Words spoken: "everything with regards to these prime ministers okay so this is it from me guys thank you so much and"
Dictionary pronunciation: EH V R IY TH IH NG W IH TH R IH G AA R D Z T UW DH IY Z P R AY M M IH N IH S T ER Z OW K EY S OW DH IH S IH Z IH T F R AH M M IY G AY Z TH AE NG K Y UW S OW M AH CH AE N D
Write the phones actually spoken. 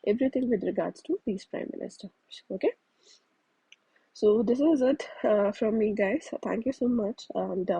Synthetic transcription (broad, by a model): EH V R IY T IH NG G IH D R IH G AA R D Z T UW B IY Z P R AY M M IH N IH S T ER OW K EY S OW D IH S IH Z IH T F R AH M M IY G AY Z T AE NG K Y UW S OW M AH CH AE N D